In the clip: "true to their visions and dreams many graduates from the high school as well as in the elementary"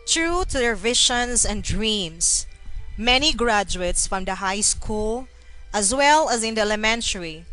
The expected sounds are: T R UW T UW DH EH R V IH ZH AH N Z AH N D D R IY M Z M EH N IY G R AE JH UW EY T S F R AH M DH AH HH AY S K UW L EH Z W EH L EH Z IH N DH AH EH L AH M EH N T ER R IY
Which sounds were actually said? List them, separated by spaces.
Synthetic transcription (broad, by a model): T R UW T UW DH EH R V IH SH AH N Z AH N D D R IY M S M EH N IY G R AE JH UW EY T S F R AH M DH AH HH AY S K UW L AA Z W EH L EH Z IH N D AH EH L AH M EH N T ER R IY